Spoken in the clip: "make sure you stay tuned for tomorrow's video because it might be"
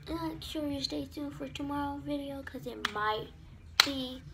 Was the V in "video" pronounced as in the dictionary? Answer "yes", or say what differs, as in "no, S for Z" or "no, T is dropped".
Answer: yes